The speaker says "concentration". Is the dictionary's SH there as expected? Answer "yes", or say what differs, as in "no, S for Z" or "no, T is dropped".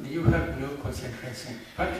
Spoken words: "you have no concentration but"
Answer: no, S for SH